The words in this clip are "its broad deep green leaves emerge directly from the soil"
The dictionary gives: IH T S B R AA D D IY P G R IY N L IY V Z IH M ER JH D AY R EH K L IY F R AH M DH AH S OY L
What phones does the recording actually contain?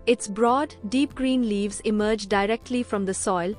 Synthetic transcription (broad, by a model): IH T S B R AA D D IY P G R IY N L IY V Z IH M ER JH D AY R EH K L IY F R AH M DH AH S OY L